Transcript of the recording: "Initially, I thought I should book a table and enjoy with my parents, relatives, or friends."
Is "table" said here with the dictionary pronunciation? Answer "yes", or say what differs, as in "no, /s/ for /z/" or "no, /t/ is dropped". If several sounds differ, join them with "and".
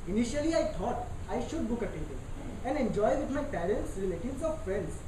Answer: no, /n/ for /l/